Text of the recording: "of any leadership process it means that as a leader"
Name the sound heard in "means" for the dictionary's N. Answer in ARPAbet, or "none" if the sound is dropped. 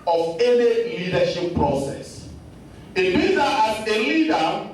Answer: none